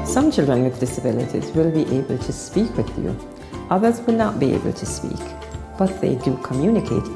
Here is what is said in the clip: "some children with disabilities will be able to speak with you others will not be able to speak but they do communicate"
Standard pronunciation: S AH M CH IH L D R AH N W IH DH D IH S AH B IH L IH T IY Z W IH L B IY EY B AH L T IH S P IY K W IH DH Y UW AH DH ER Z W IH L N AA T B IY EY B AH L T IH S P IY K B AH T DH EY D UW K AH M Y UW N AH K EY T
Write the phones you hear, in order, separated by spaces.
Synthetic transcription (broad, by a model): S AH M CH IH L D R AH N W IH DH D IH S AH B IH L IH T IY Z W IH L B IY EY B AH L T IH S P IY K W IH DH Y UW AH DH ER Z W IH L N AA T B IY EY B AH L T IH S P IY K B AH T DH EY D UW K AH M Y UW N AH K EY T